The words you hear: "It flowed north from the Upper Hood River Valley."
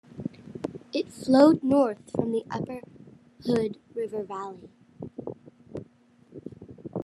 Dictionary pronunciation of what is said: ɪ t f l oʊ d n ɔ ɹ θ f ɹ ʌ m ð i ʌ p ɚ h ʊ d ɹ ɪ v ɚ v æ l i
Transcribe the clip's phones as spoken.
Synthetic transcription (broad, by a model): ɪ t f l oʊ d n ɔ ɹ θ f ɹ ʌ m ð i ʌ p ɚ h ʊ d ɹ ɪ v ɚ v æ l i